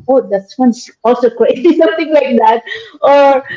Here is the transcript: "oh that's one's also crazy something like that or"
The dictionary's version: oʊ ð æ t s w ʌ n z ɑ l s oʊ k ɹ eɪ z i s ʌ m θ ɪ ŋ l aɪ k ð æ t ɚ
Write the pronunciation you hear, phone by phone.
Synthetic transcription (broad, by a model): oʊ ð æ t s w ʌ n s ɑ l s oʊ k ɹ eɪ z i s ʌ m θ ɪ ŋ l aɪ k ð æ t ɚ